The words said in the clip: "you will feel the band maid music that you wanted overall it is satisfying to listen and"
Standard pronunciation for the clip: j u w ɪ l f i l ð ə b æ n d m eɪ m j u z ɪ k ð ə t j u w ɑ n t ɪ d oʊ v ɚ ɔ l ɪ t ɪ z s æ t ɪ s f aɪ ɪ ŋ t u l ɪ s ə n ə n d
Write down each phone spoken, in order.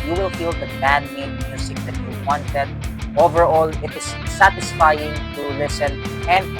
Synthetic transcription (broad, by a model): j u w ɪ l f i l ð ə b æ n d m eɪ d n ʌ s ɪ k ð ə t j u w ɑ n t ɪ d oʊ v ɚ ɔ l ɪ t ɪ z s æ t ɪ s f aɪ ɪ ŋ t u l ɪ s ə n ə n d